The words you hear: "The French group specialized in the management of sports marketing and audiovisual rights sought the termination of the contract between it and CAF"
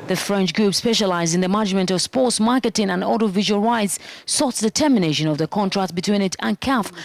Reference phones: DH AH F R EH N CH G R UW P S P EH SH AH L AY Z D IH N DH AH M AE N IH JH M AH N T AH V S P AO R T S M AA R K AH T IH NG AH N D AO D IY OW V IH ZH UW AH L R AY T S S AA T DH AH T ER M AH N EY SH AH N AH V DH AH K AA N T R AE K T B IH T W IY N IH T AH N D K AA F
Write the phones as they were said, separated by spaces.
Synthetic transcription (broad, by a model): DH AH F R EH N CH G R UW P S P EH SH AH L AY Z D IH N DH AH M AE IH JH M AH N T AH V S P AO R T S M AA R K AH T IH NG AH N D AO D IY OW V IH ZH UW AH L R AY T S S AA T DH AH T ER M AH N EY SH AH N AH V DH AH K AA N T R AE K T B IH T W IY N IH T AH N K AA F